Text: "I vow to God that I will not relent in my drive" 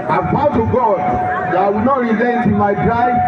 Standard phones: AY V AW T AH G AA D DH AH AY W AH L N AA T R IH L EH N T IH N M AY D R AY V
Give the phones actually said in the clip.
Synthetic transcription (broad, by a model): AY P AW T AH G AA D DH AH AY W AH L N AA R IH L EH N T IH N M AY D R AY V